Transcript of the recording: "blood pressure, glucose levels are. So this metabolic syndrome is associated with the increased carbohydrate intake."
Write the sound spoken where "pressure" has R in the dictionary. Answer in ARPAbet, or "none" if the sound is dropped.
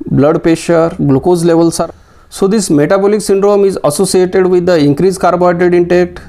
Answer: none